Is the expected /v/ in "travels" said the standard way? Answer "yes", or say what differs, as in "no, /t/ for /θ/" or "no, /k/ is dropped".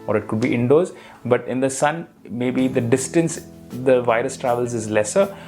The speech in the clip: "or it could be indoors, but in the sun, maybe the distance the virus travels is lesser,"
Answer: yes